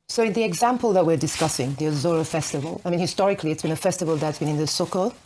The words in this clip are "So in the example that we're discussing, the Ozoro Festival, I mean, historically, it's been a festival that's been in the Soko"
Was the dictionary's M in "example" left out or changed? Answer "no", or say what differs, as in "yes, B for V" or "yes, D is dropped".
no